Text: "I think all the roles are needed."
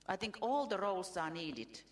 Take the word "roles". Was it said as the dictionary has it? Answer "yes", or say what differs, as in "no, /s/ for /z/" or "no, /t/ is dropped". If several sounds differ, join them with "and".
no, /s/ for /z/